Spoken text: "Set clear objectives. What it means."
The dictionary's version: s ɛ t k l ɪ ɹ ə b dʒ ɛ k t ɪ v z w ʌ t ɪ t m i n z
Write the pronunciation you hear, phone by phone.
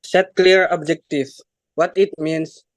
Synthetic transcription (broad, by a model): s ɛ t k l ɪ ɹ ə b dʒ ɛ k t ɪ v w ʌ t ɪ t m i n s